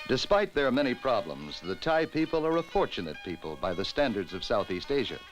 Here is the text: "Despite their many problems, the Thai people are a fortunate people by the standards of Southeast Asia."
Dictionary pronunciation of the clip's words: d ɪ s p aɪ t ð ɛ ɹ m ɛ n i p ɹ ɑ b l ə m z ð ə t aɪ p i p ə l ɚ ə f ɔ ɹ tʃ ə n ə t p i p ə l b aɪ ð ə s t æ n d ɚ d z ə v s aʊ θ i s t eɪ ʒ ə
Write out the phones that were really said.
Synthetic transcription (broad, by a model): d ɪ s p aɪ t ð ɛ ɹ m ɛ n i p ɹ ɑ b l ə m z ð ə t aɪ p i p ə l ɚ ə f ɔ ɹ tʃ ə n ə t p i p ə l b aɪ ð ə s t æ n d ɚ d z ə v s aʊ θ i s t eɪ ʒ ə